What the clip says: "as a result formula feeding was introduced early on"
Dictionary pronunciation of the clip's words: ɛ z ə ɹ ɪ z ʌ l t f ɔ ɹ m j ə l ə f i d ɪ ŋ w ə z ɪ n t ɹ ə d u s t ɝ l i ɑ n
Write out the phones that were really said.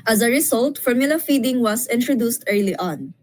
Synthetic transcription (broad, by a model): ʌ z ə ɹ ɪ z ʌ l t f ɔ ɹ m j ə l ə f i d ɪ ŋ w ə s ɪ n t ɹ ə d u s t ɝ l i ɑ n